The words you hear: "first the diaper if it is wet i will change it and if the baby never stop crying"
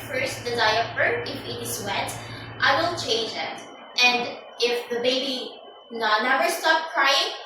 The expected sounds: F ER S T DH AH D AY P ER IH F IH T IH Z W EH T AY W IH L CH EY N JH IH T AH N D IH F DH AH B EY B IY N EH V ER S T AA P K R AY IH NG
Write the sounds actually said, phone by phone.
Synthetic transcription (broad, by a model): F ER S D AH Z AY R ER IH F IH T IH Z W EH T AY W IH L CH EY N JH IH T AH N D IH F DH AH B EY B IY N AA W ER S T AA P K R AY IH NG